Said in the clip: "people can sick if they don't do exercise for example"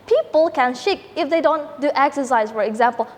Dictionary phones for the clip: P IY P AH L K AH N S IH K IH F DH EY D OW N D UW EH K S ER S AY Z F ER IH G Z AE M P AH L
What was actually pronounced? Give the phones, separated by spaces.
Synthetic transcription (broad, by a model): P IY P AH L K AH N SH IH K IH F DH EY D OW N D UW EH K S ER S AY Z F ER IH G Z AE M P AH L